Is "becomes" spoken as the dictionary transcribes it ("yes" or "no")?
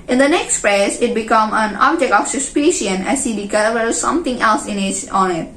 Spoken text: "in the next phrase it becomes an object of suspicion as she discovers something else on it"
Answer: no